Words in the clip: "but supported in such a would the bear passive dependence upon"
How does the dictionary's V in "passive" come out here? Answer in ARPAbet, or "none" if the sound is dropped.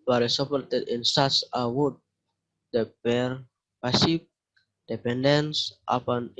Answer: P